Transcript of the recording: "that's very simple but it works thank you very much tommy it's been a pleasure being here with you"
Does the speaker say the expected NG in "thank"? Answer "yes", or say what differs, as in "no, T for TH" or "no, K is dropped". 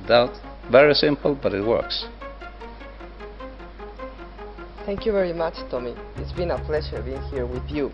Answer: yes